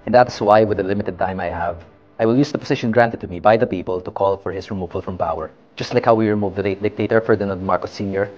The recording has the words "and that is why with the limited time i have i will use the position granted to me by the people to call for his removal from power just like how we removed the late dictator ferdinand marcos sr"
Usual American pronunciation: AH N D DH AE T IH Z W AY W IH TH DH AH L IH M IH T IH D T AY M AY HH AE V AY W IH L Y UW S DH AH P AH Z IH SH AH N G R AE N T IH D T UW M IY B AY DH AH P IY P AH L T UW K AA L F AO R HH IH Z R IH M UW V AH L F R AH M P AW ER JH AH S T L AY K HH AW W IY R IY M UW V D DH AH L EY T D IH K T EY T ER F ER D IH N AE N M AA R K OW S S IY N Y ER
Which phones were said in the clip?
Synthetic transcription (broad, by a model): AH N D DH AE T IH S W AY W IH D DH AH L IH M IH T IH D T AY M AY HH AE V AY W IH L Y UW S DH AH P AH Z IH SH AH N G R AE N T IH D T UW M IY B AY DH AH P IY P AH L T UW K AA L F AO R HH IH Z R IH M UW V AH L F R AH M P AW ER JH AH S T L AY K HH AW W IY R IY M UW V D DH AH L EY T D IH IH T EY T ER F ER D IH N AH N M AA R K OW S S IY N Y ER